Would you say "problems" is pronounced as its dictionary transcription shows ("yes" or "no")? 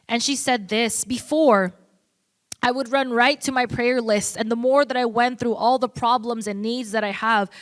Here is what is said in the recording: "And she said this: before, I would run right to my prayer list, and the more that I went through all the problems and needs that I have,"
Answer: yes